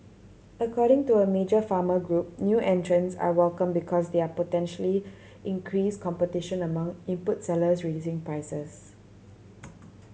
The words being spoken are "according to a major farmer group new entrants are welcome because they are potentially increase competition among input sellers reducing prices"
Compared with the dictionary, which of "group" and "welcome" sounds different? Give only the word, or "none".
none